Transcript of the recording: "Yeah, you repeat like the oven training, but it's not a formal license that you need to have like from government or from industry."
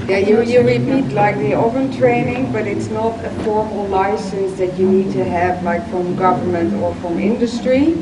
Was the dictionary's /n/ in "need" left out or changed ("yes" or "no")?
no